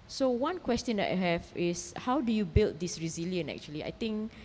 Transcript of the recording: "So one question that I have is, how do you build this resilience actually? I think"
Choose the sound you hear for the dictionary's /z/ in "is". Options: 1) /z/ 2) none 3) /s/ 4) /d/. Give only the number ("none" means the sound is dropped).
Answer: 3